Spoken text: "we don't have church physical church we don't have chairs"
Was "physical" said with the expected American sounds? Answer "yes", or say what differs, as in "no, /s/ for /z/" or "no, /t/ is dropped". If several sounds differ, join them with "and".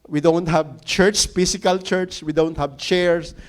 no, /s/ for /z/